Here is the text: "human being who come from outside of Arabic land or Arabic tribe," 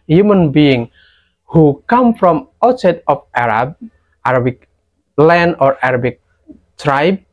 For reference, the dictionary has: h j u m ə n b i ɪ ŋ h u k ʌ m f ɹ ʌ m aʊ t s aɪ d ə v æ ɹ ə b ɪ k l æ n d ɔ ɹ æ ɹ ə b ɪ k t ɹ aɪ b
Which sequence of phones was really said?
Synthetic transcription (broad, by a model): h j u m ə n b i ɪ ŋ h u k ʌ m f ɹ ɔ m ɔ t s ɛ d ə b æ ɹ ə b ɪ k l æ n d ɔ ɹ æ ɹ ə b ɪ k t ɹ aɪ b